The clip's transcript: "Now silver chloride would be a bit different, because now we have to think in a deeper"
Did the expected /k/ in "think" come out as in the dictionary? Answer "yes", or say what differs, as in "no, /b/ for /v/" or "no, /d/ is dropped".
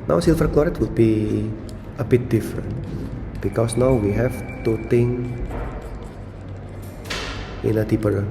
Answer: no, /k/ is dropped